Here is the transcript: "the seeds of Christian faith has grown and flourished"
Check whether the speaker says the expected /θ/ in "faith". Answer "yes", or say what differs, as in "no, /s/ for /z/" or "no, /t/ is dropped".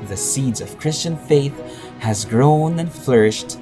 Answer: yes